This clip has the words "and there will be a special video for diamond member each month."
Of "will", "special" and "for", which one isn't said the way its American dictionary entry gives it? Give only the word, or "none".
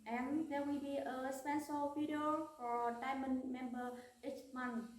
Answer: special